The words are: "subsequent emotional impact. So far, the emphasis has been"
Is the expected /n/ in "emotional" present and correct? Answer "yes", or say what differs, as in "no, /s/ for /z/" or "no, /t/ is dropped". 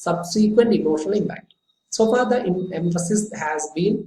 no, /n/ is dropped